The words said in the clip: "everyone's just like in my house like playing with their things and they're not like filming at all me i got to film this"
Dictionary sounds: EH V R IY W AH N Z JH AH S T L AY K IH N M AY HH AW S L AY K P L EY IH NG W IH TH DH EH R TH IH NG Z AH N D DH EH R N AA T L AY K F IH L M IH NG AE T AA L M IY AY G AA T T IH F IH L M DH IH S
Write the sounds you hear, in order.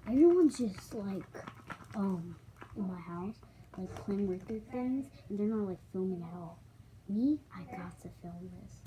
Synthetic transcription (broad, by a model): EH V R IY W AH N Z JH AH S T L AY K IH N M AY HH AW S L AY K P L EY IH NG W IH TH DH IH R TH IH NG Z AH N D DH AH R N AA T L AY K F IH L M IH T AA L M IY AY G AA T T IH F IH L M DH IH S